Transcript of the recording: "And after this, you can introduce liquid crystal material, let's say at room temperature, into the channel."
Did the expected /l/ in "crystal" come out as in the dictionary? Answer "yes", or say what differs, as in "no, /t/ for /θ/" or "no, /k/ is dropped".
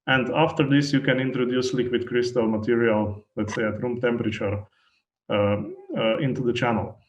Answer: yes